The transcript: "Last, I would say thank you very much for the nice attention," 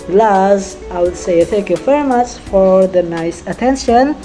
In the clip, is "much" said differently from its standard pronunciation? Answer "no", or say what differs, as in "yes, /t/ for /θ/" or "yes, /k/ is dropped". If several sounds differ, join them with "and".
yes, /s/ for /tʃ/